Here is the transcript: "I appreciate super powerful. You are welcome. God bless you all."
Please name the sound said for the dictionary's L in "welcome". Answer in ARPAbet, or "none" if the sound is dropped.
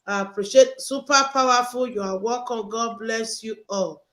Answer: none